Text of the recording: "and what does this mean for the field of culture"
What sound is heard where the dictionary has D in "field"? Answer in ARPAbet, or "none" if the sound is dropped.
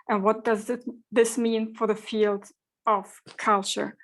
D